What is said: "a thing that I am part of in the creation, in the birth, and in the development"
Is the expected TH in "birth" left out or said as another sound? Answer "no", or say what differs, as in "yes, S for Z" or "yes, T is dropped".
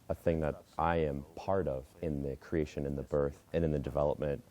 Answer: no